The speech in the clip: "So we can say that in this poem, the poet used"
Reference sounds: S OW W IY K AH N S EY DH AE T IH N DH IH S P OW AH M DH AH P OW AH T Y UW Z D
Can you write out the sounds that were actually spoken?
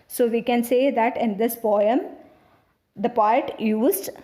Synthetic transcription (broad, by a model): S OW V IY K AH N S EY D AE T IH N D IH S B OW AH M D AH P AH T Y UW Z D